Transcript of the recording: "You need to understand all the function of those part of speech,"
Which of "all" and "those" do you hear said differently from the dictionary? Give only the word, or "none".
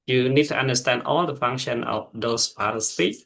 those